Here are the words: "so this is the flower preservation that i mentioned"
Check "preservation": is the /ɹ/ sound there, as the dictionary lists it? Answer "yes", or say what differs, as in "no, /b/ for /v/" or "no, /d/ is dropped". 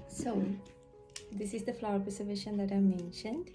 no, /ɹ/ is dropped